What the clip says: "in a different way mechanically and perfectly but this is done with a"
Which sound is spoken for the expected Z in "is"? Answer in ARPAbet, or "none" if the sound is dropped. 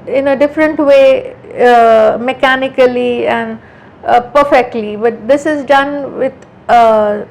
Z